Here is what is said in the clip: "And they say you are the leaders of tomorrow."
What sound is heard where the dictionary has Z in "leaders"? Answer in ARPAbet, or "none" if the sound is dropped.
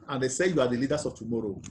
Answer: S